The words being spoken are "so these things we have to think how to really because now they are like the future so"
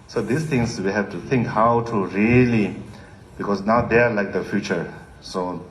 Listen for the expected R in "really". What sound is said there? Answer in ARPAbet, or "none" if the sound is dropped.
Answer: R